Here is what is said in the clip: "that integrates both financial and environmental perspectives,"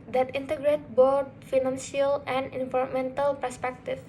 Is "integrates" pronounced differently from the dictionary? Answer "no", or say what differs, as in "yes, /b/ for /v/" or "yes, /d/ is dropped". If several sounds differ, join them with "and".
yes, /s/ is dropped